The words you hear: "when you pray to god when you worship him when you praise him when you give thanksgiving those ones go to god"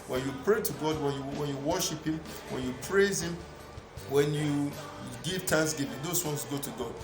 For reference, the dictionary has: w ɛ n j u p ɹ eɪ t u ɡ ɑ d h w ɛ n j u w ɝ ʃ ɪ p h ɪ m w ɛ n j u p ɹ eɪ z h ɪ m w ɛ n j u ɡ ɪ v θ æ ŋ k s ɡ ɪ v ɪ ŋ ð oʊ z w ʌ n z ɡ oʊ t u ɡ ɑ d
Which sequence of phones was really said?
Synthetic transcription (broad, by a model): w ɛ n j u p ɹ eɪ t u ɡ ɑ d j w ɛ n j u w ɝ ʃ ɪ p h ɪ m w ɛ n j u p ɹ eɪ z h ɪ m w ɛ n j u ɡ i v t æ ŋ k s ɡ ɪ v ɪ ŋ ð oʊ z w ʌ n s ɡ oʊ t u ɡ ɑ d